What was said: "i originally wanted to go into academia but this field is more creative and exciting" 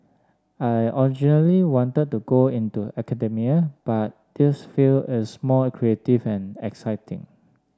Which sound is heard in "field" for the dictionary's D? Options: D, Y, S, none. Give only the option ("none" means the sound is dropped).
none